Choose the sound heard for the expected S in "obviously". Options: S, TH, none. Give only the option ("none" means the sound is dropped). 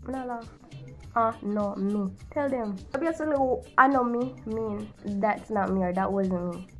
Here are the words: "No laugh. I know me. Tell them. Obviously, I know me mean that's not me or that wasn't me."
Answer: none